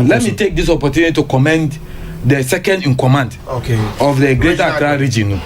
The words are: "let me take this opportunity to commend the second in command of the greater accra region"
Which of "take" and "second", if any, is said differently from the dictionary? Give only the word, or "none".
none